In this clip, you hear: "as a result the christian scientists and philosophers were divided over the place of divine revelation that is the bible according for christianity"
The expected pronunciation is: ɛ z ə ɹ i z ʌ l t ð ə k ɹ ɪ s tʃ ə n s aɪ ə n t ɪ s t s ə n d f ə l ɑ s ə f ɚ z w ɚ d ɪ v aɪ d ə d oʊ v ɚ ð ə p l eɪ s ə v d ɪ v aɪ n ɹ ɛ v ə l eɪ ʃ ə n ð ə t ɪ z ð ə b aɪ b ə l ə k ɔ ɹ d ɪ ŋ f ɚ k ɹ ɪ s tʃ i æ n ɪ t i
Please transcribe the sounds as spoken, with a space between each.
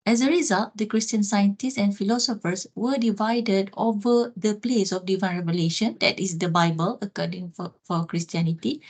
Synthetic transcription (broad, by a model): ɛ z ə ɹ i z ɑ l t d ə k ɹ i s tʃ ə n s aɪ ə n t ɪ s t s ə n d f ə l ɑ s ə f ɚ s w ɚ d ɪ v aɪ d ə d oʊ v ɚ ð ə p l eɪ s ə f d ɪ v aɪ n ɹ ɛ v ə l eɪ ʃ ə n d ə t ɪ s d ə b aɪ b ə l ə k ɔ d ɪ ŋ f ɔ k ɹ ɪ s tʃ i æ n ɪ t i